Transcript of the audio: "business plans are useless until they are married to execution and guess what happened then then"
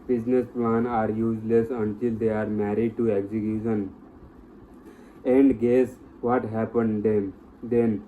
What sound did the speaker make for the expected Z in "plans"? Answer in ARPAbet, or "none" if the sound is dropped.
none